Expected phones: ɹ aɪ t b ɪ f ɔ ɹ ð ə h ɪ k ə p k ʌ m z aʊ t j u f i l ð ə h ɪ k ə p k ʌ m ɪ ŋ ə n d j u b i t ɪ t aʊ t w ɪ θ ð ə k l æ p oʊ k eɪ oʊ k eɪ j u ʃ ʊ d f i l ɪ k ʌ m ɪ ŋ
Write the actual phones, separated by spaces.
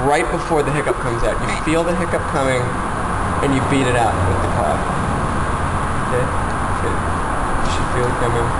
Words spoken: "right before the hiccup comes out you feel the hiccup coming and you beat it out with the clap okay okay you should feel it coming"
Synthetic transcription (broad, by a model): ɹ aɪ t b ɪ f ɔ ɹ ð ə h ɪ k ə p k ʌ m z aʊ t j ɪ f i l ð ə h ɪ k ə p k ʌ m ɪ ŋ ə n j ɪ b i t ɪ t aʊ t w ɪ ð ə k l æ f oʊ k eɪ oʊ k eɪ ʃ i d f i l ɪ k ʌ m ɪ ŋ